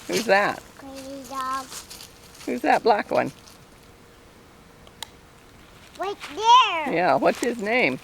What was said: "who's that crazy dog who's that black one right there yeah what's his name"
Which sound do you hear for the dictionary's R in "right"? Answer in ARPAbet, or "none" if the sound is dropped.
W